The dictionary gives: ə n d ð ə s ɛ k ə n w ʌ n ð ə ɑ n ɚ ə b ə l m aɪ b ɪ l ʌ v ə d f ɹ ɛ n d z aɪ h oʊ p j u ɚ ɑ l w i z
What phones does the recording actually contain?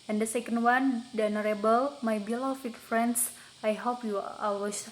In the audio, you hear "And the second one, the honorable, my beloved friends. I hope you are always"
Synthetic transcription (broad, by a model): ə n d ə s ɛ k ə n w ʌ n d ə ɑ n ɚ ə b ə l m aɪ b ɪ l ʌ f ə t f ɹ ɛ n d s aɪ h oʊ p j u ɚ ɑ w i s